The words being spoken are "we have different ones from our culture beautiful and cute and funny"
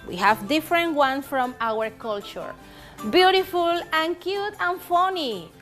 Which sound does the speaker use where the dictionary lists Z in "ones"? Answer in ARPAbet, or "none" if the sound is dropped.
none